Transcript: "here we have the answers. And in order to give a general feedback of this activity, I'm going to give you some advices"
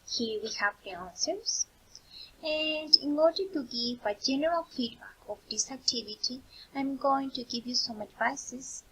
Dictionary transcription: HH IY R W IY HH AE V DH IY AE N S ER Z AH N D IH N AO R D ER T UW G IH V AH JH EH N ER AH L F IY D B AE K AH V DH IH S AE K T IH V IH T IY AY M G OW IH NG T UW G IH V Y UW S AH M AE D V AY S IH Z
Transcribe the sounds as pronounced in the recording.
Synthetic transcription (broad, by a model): HH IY R W IY HH AE V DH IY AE N S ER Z AH N D IH N AO R D ER T UW G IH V AH JH EH N ER AH L F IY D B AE K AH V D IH S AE K T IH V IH T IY AY M G OW IH NG T UW G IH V Y UW S AH M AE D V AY S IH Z